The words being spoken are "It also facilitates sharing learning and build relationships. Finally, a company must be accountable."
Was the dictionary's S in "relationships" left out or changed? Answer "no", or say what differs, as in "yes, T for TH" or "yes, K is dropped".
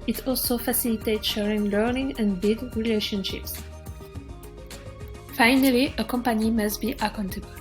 no